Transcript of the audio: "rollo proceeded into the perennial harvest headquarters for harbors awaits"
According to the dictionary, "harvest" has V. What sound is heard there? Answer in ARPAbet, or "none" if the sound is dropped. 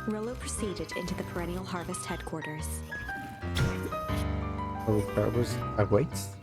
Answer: V